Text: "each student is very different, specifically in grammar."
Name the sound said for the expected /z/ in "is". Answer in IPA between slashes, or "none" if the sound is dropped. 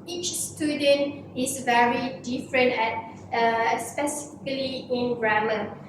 /s/